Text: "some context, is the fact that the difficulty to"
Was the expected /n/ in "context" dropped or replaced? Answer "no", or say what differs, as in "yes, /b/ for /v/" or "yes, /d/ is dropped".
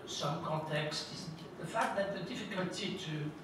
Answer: yes, /n/ is dropped